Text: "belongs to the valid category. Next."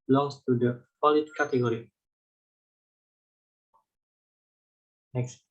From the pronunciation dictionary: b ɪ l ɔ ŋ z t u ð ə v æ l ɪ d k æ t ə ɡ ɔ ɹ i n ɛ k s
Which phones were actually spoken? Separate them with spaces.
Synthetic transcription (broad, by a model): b l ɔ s t u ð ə f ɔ l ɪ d k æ t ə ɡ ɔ ɹ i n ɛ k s